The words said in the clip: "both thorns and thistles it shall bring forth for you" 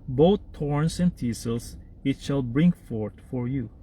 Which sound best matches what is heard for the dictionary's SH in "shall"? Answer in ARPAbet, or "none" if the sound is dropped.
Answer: SH